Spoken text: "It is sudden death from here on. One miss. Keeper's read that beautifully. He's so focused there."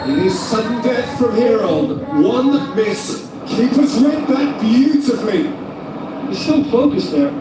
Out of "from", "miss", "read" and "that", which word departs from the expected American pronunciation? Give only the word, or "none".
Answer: read